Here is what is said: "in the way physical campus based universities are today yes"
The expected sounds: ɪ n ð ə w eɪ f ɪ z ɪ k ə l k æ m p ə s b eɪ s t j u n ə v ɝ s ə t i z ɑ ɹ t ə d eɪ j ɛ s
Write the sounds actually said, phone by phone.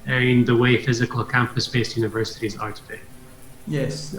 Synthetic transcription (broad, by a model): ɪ n ð ə w eɪ f ɪ z ɪ k ə l k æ m p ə s b eɪ s t j u n ə v ɝ s ə t i z ɑ ɹ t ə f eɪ j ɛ s